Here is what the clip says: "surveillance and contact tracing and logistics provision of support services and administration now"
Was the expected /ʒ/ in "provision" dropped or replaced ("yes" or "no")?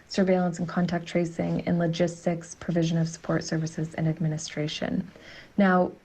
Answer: no